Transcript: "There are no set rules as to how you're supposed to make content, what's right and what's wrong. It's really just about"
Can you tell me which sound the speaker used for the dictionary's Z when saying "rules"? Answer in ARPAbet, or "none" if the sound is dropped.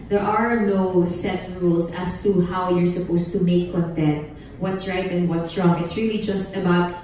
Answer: S